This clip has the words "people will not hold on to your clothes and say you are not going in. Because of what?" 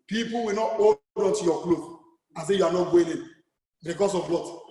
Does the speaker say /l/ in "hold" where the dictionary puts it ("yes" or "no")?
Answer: no